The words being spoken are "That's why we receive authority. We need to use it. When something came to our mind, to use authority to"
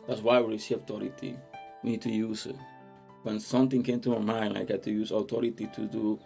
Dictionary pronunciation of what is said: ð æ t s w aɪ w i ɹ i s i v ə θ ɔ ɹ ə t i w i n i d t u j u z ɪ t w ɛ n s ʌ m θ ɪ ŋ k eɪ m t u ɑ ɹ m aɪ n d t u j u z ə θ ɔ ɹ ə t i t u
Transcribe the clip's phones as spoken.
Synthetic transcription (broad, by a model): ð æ t s w aɪ w i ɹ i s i ə t ɔ ɹ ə t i w i n i d t u j u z ɪ t w ɛ n s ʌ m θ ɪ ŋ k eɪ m t u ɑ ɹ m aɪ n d t u j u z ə t ɔ ɹ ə t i t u